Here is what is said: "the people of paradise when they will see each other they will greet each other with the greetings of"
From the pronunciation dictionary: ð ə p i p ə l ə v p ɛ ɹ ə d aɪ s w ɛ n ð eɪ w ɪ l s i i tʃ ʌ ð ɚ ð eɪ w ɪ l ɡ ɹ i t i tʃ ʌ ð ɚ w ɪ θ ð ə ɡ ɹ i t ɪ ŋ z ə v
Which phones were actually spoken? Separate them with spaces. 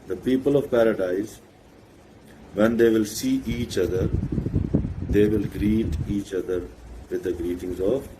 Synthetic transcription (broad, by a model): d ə p i p ə l ə v p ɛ ɹ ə d aɪ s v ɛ n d eɪ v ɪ l s i i tʃ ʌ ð ɚ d eɪ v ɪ l ɡ ɹ i t i tʃ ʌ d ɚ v ɪ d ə ɡ ɹ i t ɪ ŋ z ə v